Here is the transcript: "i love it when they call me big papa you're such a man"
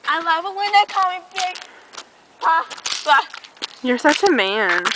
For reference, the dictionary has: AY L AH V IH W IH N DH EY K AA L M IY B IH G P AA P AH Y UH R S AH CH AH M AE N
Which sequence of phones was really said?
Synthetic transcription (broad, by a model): AY L AH V IH W IH N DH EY K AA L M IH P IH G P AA AH Y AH R S AH CH AH M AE N